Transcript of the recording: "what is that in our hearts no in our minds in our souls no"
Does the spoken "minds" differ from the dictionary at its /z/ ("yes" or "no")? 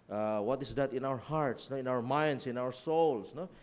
yes